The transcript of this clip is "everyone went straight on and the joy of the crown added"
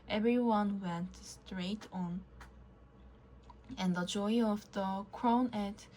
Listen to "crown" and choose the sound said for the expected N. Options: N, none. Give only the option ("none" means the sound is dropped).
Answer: none